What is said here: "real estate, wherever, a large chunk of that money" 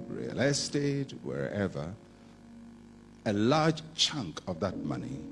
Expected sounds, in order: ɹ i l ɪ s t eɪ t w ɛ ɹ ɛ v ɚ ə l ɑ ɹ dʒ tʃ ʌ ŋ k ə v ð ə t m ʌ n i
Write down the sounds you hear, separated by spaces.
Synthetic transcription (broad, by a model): ɹ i l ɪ s t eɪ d w ɛ ɹ ɛ v ɚ ə l ɑ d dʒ tʃ ʌ ŋ k ə v ð ə t m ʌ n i